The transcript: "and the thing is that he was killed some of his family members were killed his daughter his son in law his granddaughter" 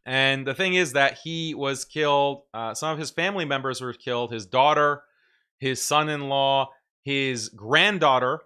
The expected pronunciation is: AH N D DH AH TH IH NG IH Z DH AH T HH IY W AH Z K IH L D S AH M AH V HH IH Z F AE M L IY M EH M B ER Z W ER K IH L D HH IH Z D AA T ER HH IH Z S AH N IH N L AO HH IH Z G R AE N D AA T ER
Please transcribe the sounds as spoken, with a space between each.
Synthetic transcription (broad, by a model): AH N DH AH TH IH NG IH Z DH AH T HH IY W AH Z K IH L D S AH M AH V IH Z F AE M L IY M EH M B ER Z W ER K IH L D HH IH Z D AA T ER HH IH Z S AH N IH N L AO HH IH Z G R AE N D AA T ER